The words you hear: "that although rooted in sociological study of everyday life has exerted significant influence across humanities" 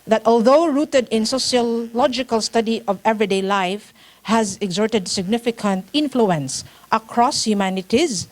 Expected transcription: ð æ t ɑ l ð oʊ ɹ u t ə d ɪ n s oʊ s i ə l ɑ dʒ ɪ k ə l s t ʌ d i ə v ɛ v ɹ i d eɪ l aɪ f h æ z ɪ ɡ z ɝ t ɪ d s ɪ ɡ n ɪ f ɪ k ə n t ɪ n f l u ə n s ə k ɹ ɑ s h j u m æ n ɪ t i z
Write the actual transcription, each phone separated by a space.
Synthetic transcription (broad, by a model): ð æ t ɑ l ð oʊ ɹ u t ə d ɪ n s oʊ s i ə l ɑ dʒ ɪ k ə l s t ʌ d i ə v ɛ v ɹ i d eɪ l aɪ f h æ z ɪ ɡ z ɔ t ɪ d s ɪ ɡ n ɪ f ɪ k ə n t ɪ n f l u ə n s ə k ɹ ɑ s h j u m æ n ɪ t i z